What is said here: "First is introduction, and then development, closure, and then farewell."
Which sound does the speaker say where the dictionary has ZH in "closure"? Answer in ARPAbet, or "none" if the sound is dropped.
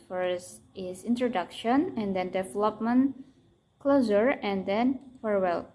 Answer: Z